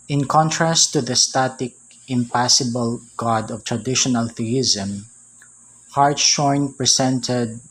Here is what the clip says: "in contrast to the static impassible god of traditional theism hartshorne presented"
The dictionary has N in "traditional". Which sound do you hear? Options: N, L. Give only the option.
N